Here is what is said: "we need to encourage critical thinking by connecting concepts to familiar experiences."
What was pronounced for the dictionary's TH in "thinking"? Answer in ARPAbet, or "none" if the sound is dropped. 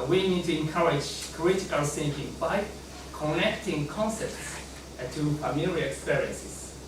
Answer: S